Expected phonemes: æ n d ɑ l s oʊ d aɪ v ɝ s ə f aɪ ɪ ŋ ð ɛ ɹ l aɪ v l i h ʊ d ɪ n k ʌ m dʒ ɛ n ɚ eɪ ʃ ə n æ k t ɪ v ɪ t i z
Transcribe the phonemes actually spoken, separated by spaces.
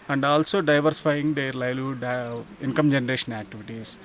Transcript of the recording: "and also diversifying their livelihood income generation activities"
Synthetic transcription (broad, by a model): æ n d ɑ l s oʊ d aɪ v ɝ s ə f aɪ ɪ ŋ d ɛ ɹ l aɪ l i d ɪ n k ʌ m dʒ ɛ n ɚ eɪ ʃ ə n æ k t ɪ v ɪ t i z